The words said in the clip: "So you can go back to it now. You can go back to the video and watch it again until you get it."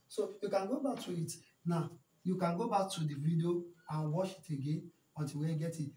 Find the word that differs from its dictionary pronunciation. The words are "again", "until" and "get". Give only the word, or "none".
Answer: until